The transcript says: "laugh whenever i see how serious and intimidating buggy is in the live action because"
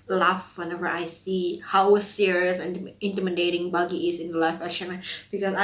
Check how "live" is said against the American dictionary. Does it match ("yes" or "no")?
no